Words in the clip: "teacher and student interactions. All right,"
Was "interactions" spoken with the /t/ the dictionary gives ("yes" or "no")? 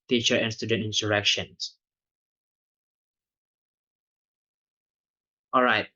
no